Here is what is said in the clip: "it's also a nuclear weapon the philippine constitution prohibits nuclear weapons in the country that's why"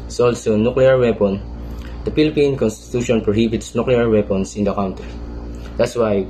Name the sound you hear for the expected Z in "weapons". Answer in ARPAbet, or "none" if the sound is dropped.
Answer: S